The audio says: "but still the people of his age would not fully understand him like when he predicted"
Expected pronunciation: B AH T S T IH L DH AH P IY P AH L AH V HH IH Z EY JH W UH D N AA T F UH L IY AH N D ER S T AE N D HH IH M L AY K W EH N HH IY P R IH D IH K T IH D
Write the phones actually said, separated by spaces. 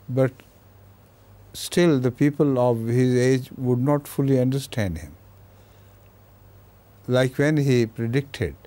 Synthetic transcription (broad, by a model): B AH T S T IH L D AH P IY P AH L AH V HH IH Z EY JH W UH D N AA T F UH L IY AH N D ER S T AE N D HH IH M L AY K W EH N HH IY P R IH D IH K T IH D